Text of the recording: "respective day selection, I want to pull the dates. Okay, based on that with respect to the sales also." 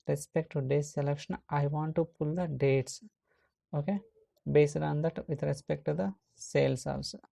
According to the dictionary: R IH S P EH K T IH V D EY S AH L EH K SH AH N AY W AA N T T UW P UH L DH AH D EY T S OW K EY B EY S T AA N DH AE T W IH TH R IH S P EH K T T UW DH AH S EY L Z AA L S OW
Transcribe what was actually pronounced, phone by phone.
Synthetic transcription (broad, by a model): R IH S P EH K T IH D EY S AH L EH K SH AH N AY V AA N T T UW P UH L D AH D EY T S OW K EY B EY S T AA N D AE T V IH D R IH S P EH K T T UW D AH S EY L S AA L S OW